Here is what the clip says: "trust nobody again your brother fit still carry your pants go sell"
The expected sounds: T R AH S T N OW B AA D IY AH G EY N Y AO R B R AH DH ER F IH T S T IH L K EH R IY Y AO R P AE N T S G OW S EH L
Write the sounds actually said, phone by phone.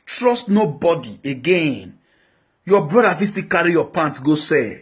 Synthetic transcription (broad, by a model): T R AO S T N OW B AA D IY AH G EY N Y AO B R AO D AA F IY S T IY K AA R IY Y AO P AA N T G OW S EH